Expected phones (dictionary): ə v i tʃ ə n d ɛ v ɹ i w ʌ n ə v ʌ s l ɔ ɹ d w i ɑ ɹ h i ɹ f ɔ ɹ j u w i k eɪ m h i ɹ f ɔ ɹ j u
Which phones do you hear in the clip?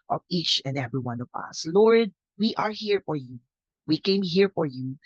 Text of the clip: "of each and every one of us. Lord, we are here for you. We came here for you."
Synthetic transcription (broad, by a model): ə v i tʃ ə n d ɛ v ɹ i w ʌ n ə v ʌ s l ɔ ɹ d w i ɑ ɹ h i ɹ f ɔ ɹ j u w i k eɪ m h i ɹ f ɔ ɹ j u